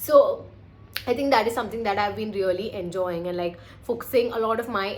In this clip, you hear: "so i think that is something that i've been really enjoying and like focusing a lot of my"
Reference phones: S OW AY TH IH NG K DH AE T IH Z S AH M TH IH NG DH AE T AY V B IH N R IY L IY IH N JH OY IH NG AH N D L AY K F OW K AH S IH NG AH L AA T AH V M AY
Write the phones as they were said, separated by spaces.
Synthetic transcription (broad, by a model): S OW AY T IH NG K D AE T IH Z S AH M T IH NG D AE T AY V B IH N R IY L IY IH N JH OY IH NG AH N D L AY K F OW K AH S IH NG AH L AA T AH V M AY